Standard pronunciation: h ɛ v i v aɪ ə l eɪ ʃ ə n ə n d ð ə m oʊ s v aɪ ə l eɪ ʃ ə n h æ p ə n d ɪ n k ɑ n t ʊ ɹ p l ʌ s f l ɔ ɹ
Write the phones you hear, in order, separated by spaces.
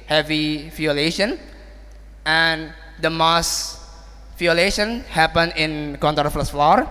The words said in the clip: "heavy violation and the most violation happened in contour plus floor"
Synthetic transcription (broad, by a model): h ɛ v i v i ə l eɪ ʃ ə n ə n d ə m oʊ s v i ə l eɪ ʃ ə n h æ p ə n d ɪ n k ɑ n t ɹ f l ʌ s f l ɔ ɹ